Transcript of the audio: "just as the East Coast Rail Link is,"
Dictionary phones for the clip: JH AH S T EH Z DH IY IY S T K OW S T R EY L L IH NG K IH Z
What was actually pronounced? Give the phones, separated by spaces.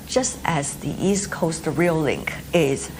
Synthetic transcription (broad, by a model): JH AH S T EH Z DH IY IY S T K OW S T R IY L L IH NG K IH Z